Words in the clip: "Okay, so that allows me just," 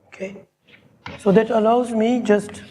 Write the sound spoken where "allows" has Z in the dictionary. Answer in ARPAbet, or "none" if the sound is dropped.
Z